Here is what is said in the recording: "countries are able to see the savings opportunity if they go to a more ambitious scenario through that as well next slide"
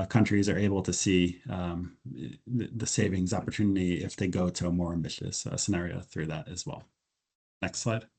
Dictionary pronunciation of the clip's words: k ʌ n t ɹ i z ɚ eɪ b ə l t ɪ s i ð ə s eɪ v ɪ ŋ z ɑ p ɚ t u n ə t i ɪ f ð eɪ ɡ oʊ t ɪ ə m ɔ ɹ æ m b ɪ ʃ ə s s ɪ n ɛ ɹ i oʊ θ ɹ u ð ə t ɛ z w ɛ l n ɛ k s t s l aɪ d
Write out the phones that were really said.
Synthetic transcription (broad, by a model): k ʌ n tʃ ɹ i z ɚ eɪ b l t ɪ s i ð ə s eɪ v ɪ ŋ z ɑ p ɚ t u n ə t i ɪ f ð eɪ ɡ oʊ t ɪ ə m ɔ ɹ æ m b ɪ ʃ ə s s ɪ n ɛ ɹ i oʊ θ ɹ u ð ə t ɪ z w ɛ l n ɛ k s t s l aɪ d